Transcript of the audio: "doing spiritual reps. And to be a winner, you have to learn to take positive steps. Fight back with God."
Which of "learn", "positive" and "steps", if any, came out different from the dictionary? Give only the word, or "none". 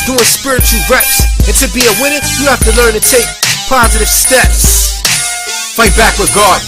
none